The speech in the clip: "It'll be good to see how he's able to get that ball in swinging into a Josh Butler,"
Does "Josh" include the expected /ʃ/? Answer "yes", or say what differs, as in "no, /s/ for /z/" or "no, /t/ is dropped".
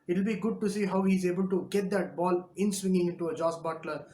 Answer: no, /s/ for /ʃ/